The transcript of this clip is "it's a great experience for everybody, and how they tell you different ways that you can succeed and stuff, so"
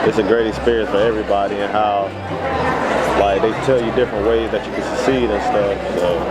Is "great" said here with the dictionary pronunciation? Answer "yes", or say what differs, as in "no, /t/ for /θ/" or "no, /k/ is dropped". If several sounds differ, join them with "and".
yes